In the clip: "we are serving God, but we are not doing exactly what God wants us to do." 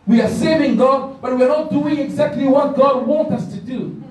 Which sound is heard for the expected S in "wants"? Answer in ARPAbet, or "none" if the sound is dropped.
none